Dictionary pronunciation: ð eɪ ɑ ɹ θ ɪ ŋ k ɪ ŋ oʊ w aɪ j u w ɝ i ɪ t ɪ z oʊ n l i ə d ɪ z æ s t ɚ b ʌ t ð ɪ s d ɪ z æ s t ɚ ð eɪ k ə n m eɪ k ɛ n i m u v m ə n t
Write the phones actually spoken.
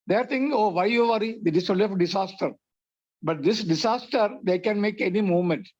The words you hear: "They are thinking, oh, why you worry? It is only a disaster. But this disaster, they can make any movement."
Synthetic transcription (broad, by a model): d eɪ ɑ ɹ t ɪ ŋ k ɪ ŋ oʊ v aɪ j u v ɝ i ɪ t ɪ s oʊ l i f d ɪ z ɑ s t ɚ b ʌ t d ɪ s d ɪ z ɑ s t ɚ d eɪ k ə n m eɪ k ɛ n i m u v m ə n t